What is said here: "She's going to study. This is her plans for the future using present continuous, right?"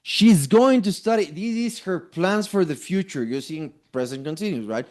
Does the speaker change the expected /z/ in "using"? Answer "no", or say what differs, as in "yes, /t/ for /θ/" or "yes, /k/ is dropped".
yes, /s/ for /z/